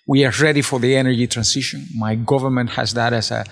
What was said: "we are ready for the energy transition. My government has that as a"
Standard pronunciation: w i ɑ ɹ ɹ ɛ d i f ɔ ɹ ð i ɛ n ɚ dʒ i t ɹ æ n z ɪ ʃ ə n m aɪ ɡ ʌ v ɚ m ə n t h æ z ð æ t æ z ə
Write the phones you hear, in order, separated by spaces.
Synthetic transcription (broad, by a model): w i ɑ ɹ ɹ ɛ d i f ɔ ɹ ð i ɛ n ɚ dʒ i t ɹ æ n s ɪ ʃ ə n m aɪ ɡ ʌ v ɚ m ə n t h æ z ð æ t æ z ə